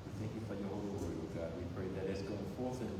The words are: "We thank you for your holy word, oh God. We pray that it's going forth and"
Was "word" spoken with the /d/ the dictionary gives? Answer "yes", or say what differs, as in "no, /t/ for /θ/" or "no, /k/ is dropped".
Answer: no, /d/ is dropped